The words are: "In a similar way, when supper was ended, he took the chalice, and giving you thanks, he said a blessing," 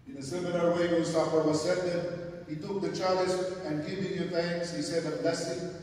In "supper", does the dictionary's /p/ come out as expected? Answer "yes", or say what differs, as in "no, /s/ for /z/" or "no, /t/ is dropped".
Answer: no, /f/ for /p/